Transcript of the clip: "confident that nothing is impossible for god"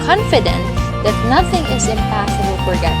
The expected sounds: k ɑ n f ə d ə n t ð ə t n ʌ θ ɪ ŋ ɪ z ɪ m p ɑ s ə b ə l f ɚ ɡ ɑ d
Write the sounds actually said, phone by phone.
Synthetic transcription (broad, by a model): k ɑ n f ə d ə n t ð ə t n ʌ θ ɪ ŋ ɪ z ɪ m p ɑ s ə b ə l f ɚ ɡ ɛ